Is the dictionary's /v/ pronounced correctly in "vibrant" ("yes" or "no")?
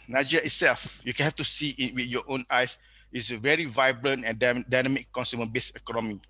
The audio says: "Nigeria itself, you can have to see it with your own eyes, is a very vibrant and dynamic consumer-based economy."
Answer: yes